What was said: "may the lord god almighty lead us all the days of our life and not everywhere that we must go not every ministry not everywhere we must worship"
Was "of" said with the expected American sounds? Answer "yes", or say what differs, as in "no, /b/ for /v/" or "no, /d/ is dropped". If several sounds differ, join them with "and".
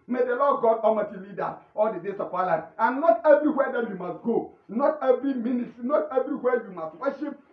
no, /p/ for /v/